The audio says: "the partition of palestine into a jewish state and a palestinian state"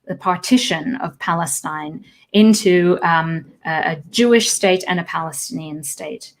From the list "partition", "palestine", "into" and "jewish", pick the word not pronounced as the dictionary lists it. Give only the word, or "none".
none